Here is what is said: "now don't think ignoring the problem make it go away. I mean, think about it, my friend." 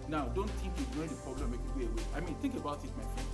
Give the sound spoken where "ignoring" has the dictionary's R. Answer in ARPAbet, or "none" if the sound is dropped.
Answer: W